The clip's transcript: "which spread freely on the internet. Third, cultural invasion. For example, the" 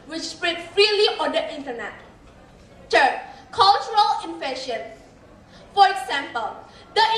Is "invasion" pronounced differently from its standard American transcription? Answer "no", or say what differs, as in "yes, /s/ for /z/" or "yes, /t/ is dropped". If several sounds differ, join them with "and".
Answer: yes, /f/ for /v/ and /ʃ/ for /ʒ/